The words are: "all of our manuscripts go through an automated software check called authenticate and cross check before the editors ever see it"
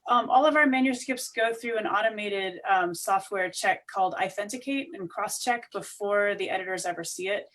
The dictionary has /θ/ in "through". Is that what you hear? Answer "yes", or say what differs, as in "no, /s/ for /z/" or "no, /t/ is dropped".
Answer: yes